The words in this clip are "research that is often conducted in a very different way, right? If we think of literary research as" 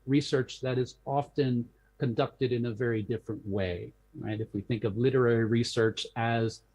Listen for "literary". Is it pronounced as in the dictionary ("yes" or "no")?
yes